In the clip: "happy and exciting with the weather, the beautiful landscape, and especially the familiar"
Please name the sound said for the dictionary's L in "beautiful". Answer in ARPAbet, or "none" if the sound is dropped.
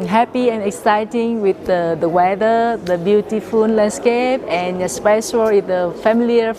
N